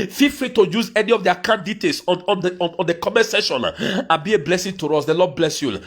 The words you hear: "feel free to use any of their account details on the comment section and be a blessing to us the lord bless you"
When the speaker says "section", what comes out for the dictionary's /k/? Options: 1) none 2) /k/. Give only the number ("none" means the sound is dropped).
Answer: 1